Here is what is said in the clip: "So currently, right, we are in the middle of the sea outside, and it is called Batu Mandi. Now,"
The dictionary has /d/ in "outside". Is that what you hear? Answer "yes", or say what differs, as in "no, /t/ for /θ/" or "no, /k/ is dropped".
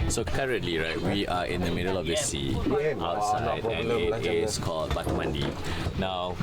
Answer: no, /d/ is dropped